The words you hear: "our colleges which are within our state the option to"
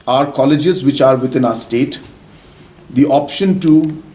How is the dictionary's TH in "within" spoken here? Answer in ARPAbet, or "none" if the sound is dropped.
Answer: T